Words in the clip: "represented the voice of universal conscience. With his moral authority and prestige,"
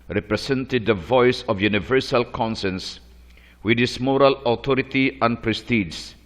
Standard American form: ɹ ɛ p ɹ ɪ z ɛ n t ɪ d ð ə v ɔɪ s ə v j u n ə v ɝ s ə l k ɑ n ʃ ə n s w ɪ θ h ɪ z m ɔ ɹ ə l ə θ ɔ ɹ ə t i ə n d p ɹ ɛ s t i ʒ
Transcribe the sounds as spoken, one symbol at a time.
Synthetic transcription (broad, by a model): ɹ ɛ p ɹ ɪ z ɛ n t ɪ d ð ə v ɔɪ s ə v j u n ə v ɝ s ə l k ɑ n s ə n s w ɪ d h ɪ s m ɔ ɹ ə l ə t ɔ ɹ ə t i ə n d p ɹ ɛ s t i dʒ